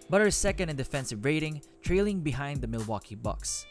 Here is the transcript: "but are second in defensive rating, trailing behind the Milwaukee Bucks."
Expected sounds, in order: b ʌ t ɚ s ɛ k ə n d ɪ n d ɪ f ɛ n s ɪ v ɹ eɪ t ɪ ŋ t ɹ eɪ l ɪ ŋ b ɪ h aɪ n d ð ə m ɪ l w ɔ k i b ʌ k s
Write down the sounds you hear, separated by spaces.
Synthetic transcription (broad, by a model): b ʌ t ɚ s ɛ k ə n d ɪ n d ɪ f ɛ n s ɪ v ɹ eɪ t ɪ ŋ t ɹ eɪ l ɪ ŋ b ɪ h aɪ n d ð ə m ɪ l w ɔ k i b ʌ k s